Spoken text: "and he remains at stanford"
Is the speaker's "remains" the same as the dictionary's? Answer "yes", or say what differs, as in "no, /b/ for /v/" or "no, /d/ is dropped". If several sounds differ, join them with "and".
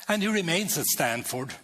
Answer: yes